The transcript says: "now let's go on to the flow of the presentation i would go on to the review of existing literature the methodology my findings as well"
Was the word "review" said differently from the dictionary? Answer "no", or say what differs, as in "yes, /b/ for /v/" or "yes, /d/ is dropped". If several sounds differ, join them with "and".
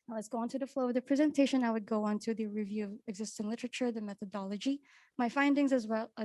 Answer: no